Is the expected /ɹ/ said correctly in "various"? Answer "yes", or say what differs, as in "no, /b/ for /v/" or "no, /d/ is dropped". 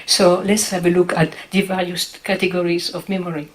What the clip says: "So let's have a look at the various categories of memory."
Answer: no, /l/ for /ɹ/